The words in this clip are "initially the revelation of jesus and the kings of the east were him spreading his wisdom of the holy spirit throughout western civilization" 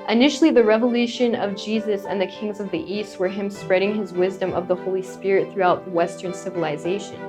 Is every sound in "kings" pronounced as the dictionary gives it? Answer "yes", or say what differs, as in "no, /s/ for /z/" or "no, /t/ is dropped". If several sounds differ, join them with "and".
yes